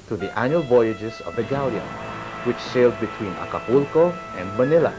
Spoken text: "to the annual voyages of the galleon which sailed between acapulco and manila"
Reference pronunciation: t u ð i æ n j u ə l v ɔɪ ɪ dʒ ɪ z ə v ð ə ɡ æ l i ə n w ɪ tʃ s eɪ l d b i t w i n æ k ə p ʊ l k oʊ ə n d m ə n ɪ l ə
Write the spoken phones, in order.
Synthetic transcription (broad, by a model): t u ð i æ n j u ə l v ɔɪ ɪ dʒ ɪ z ə v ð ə ɡ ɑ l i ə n w ɪ tʃ s eɪ l d b i t w i n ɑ k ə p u l k oʊ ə n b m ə n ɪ l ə